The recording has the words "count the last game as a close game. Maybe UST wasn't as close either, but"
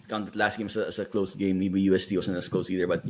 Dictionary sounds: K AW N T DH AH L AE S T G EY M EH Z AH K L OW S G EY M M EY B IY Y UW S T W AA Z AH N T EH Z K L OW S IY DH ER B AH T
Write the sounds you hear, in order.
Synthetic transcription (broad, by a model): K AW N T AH L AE S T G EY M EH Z AH K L OW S G EY M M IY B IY Y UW S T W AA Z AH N EH S K L OW S IY DH ER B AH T